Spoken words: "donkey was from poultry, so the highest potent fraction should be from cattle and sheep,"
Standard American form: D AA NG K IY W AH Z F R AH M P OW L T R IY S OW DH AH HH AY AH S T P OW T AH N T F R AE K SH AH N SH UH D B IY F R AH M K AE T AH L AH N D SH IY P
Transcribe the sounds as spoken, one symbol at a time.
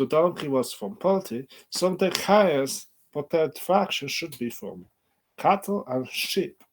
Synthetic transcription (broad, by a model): D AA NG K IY W AH Z F R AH M P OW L T IY S OW DH AH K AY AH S T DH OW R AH T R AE K SH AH N SH UH D B IY F R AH M K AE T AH L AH N SH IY P